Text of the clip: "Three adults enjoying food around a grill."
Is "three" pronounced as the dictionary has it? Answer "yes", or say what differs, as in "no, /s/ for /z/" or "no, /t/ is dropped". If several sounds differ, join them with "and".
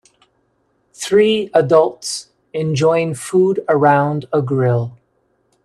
yes